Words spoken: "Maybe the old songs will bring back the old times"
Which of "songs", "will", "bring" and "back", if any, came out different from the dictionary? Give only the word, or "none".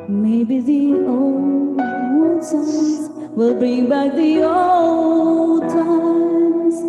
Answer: songs